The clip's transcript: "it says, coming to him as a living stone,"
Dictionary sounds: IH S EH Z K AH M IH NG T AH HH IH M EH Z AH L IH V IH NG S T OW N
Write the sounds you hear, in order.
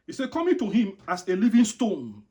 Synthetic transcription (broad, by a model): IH S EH K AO M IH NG T AH HH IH M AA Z AH L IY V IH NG S T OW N